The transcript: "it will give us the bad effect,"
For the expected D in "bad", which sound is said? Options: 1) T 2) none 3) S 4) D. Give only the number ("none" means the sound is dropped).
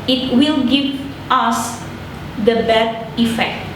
2